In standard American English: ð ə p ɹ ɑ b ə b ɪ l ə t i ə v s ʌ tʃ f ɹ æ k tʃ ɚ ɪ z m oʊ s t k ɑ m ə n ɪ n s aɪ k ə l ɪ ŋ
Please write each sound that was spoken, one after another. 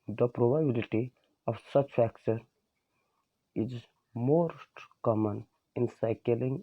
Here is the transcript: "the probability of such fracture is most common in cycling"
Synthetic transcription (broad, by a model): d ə p ɹ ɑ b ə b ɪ l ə t i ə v s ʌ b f æ k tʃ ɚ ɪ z m oʊ s t k ɑ m ə n ɪ n s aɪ k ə l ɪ ŋ